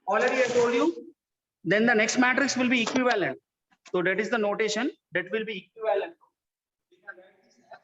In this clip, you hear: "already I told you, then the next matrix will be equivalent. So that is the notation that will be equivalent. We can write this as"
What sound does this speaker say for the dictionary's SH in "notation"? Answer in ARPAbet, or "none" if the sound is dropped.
SH